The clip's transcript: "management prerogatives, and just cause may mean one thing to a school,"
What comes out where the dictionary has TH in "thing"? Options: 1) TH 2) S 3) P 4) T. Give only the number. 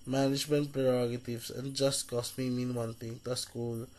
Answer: 4